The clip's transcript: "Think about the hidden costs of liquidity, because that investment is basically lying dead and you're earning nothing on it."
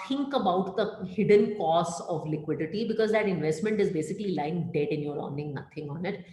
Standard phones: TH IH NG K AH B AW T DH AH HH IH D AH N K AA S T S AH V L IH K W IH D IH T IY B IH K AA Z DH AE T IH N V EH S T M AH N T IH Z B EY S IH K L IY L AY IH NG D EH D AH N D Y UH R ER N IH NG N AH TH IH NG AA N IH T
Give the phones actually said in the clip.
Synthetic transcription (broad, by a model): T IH NG K AH B AW T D AH HH IH D AH N K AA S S AH V L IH K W IH D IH T IY B IH K AA Z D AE T IH N V EH S T M AH N T IH Z B EY S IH K L IY L AY IH NG D EH D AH N Y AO R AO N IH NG N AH T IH NG AA N IH T